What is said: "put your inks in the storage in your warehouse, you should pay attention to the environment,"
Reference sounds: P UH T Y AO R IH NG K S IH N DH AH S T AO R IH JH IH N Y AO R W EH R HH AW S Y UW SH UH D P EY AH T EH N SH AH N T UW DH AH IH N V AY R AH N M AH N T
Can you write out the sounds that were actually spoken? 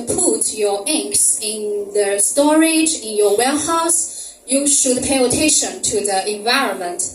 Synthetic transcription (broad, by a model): P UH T Y AO R IH NG K S IH N DH AH S T AO R IH JH IH N Y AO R W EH L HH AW S Y UW SH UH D P EY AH T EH SH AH N T UW DH AH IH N V AY R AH N M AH N T